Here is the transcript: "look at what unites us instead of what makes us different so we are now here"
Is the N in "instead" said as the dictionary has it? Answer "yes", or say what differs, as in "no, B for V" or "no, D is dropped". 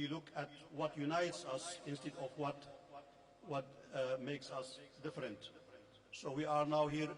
yes